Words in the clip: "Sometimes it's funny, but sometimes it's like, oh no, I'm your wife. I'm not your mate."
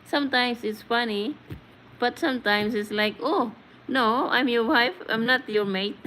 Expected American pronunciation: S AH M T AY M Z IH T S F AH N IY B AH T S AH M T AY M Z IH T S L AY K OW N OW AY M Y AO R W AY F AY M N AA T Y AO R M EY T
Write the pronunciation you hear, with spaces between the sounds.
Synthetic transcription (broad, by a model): S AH M T AY M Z IH T S F AH N IY B AH T S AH M T AY M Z IH T S L AY K OW N OW AY M Y AO R W AY F AY M N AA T Y AO R M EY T